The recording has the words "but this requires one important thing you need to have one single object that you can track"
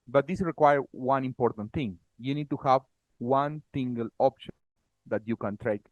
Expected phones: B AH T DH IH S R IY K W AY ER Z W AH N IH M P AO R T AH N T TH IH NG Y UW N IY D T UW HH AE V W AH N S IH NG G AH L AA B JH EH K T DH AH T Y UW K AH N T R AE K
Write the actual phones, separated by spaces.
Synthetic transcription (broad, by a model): B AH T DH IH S R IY K W AY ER W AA N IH M P AO R T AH N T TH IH NG Y UW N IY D T UW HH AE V W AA N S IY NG G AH L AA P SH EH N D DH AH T Y UW K AH N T R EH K